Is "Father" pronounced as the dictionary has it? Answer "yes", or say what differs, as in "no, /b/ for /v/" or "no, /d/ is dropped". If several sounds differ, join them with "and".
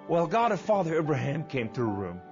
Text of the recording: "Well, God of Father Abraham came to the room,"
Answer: yes